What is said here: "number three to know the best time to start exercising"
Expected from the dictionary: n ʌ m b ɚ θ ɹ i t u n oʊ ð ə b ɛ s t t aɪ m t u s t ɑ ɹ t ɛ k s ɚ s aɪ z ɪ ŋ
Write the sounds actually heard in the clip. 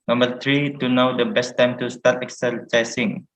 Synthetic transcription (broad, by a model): n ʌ m b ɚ t ɹ i t u n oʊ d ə b ɛ s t t aɪ m t u s t ɑ t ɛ k s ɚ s aɪ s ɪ ŋ